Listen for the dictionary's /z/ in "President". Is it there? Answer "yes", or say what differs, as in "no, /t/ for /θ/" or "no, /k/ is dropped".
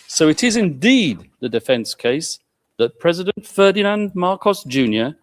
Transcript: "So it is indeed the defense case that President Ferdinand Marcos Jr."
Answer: yes